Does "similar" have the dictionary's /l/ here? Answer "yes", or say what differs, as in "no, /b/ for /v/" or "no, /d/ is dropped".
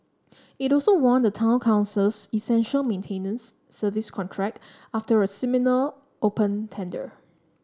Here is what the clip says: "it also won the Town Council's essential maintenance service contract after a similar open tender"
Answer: no, /n/ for /l/